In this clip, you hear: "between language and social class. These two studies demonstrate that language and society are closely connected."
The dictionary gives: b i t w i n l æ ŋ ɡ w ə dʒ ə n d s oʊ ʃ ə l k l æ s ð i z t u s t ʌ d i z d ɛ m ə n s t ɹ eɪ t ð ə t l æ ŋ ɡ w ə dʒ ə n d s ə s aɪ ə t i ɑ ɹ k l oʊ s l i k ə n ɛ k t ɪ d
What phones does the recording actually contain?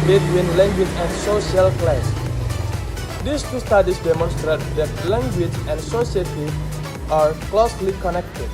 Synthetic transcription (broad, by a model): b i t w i n l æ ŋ ɡ w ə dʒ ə n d s oʊ ʃ ə l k l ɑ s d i s t u s t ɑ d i s d ɛ m ə n s t ɹ eɪ t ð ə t l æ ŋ ɡ w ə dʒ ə n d s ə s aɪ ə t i ɑ ɹ k l oʊ s l i k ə n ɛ k t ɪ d